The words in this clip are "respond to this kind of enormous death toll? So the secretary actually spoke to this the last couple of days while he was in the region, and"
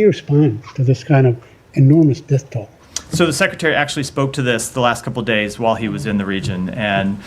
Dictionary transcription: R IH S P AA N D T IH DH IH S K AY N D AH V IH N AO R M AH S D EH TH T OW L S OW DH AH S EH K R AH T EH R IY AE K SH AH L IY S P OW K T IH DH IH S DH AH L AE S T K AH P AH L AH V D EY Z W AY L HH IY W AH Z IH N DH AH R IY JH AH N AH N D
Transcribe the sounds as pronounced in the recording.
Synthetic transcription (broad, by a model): R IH S P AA N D T IH DH IH S K AY N D AH V IH N AO R M AH S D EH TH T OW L S OW DH AH S EH K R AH T EH R IY AE K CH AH L IY S P OW K T IH DH IH S DH AH L AE S T K AH P L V D EY Z W AY L IY W AH Z IH N DH AH R IY JH AH N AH N